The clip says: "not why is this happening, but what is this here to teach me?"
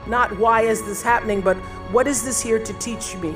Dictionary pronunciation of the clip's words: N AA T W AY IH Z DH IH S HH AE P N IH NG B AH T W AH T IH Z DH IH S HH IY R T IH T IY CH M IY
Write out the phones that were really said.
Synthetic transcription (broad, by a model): N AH T W AY IH Z DH IH S HH AE P N IH NG B AH T W AH T IH Z DH IH S HH IY R T IH T IY CH M IY